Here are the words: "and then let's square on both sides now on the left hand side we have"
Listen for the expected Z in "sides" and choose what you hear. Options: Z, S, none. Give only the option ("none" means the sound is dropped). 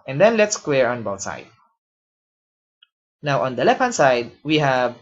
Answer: none